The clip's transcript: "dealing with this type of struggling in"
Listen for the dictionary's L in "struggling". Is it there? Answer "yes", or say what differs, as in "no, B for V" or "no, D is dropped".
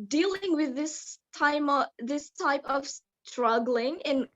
yes